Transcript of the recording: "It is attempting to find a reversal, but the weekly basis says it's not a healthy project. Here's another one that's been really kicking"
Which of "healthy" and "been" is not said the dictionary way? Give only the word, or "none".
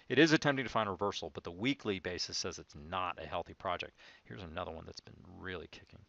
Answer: none